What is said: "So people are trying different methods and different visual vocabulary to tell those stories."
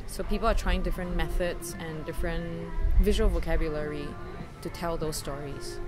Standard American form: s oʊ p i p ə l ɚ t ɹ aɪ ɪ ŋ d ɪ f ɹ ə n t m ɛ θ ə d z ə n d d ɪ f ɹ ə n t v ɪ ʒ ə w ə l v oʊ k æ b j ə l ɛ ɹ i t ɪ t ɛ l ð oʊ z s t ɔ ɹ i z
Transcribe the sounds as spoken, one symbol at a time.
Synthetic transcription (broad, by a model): s oʊ p i p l ɚ t ɹ aɪ ɪ ŋ d ɪ f ɹ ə n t m ɛ θ ə d z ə n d d ɪ f ɹ ə n t v ɪ ʒ ə w ə l v oʊ k æ b j ə l ɛ ɹ i t ɪ t ɛ l ð oʊ z s t ɔ ɹ i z